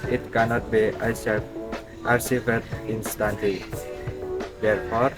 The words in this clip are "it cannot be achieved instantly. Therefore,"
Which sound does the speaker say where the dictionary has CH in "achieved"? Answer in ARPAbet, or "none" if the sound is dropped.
S